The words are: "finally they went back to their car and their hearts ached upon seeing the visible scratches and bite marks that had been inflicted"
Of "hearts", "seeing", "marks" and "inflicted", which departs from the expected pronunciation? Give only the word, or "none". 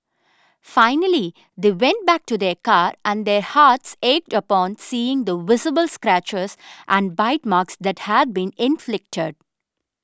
none